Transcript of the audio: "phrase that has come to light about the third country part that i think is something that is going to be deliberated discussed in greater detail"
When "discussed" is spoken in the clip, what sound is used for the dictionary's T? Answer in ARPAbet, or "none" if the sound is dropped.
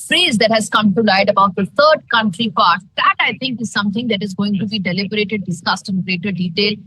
T